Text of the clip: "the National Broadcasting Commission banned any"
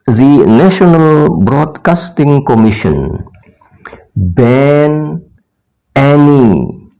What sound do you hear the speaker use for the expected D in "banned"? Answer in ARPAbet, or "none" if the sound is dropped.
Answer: none